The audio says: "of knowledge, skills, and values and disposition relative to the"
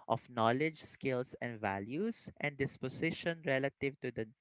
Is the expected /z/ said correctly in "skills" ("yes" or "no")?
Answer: no